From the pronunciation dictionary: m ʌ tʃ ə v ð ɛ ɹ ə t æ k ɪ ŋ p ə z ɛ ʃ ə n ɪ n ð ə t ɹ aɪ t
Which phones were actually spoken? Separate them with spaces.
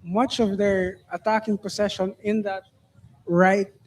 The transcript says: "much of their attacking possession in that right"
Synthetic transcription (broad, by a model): m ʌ tʃ ə v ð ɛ ɹ ə t æ k ɪ ŋ p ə s ɛ ʃ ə n ɪ n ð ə t ɹ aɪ t